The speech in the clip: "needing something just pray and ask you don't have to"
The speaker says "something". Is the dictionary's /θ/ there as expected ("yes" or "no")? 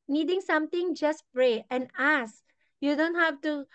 no